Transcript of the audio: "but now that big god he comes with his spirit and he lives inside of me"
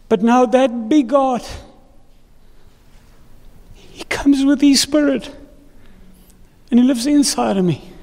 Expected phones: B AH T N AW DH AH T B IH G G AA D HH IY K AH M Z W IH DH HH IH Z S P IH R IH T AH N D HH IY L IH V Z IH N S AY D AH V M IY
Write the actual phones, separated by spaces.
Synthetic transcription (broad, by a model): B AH T N AW DH AH T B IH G G AA D HH IY K AH M Z W IH DH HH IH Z S P IH R IH T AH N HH IY L IH V Z IH N S AY D AH V M IY